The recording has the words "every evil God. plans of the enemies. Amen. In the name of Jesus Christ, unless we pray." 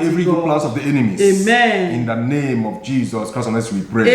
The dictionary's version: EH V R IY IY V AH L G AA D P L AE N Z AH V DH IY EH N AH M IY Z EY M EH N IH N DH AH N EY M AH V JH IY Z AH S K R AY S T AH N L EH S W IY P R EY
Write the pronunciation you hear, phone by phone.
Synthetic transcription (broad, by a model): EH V R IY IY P L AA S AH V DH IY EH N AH M IY EY M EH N IH N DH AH N EY M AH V JH IY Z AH S K R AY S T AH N EH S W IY P R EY